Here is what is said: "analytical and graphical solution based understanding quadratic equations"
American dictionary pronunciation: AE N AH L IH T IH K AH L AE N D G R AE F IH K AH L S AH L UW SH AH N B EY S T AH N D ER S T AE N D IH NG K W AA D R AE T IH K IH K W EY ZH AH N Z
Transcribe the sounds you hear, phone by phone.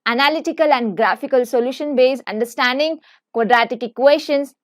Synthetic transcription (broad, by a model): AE N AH L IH T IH K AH L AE N D G R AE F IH K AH L S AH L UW SH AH N B EY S AH N D ER S T AE N D IH NG K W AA D R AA T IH K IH K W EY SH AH N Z